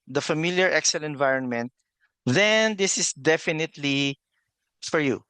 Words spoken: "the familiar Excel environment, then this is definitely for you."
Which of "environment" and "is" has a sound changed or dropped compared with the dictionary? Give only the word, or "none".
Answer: is